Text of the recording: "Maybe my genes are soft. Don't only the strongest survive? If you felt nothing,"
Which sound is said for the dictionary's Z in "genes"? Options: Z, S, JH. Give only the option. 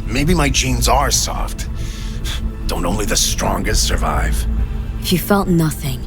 Z